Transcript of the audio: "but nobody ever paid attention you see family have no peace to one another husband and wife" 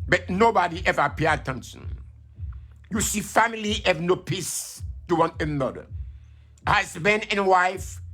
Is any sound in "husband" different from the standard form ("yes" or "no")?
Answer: yes